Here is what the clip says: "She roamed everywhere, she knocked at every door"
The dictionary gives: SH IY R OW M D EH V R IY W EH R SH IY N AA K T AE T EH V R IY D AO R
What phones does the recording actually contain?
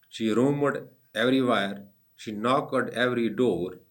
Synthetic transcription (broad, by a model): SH IY R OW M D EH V R IY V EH R SH IY N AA K AH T EH V R IY D AO R